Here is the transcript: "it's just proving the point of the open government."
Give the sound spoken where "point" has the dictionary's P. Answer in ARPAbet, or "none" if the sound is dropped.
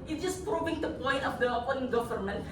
P